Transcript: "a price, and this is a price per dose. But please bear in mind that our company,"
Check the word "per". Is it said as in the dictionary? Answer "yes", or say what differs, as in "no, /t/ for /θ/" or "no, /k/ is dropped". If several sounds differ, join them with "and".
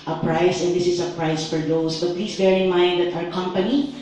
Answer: no, /f/ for /p/